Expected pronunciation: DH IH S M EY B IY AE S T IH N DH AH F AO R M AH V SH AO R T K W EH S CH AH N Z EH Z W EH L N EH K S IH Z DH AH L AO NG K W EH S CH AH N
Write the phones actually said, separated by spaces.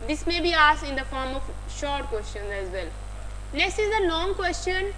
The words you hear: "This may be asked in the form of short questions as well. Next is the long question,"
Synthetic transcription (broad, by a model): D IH S M EY B IY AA S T IH N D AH F AO R M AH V SH AO R T K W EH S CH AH N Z EH Z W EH L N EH S IH Z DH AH L AO NG K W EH S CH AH N